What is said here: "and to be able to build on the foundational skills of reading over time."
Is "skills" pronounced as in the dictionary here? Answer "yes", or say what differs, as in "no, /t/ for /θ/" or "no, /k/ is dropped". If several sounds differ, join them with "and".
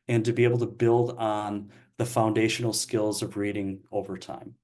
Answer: yes